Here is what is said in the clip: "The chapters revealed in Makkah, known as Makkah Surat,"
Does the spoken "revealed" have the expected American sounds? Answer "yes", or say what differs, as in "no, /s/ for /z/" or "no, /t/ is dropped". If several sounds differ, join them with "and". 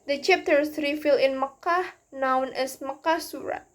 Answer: no, /f/ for /v/ and /d/ is dropped